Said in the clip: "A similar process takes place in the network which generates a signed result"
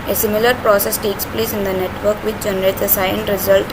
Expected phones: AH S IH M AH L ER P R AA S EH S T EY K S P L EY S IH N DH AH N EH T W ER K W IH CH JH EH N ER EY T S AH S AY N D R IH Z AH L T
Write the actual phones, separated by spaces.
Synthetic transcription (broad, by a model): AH S IH M AH L ER P R AA S EH S T EY K S P L EY S IH N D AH N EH T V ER K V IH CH JH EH N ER EY T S AH S AY N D R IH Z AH L T